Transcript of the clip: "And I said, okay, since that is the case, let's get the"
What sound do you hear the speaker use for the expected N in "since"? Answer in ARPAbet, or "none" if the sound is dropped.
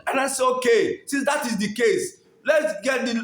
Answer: none